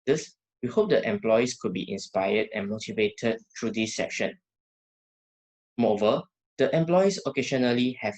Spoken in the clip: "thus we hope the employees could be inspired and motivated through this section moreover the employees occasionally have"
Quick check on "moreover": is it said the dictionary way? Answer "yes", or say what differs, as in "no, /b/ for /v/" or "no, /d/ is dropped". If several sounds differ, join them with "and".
no, /ɹ/ is dropped